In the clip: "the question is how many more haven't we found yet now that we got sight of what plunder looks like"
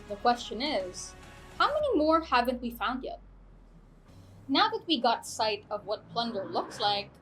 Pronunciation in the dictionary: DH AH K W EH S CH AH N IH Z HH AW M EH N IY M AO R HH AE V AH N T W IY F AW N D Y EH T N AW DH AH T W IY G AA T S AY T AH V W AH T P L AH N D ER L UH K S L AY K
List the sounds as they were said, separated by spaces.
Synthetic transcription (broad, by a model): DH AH K W EH S CH AH N IH Z HH AW M EH N IY M AO R HH AE V AH N T W IY F AW N D Y EH T N AW DH AH T W IY G AA T S AY T AH V W AH T P L AH N D ER L UH K S L AY K